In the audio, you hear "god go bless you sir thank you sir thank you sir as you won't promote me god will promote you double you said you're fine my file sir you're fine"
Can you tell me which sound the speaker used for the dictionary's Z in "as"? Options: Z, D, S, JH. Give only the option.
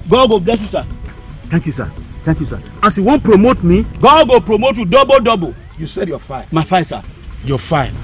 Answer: S